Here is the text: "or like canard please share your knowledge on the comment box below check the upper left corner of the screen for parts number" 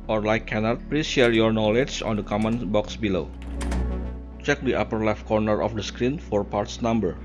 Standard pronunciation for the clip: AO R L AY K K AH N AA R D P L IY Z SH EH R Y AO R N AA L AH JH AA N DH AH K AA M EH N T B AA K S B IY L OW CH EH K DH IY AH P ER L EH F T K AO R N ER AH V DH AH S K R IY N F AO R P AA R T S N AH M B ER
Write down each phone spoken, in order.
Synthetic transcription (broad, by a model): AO R L AY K K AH N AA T P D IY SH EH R Y AO R N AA L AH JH AA N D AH K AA M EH N B AA K S B IY L OW CH EH K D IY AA P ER L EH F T K AO R N ER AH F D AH S K R IY N F AO R P AA R T S N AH M B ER